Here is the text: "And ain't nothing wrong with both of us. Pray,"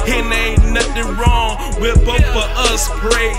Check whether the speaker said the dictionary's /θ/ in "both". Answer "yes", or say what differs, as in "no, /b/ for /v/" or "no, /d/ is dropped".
no, /f/ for /θ/